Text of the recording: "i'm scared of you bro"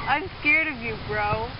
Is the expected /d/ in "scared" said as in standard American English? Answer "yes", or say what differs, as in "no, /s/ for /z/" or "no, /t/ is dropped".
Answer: yes